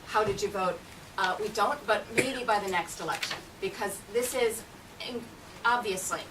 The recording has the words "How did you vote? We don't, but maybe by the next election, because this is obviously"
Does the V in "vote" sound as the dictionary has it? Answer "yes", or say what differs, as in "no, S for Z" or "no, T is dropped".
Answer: yes